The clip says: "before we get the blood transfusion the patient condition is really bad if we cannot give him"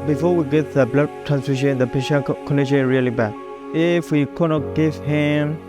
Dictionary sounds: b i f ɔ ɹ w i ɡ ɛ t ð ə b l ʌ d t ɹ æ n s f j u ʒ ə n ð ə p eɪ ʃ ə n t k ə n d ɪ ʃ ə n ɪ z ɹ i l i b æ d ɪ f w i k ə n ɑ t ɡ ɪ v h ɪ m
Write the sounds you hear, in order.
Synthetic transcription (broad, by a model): b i f ɔ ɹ w i ɡ ɛ t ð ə b l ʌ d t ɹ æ n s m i ʃ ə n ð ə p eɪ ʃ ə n k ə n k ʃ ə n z ɹ i l i b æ ɪ f w i k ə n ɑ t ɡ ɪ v h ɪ m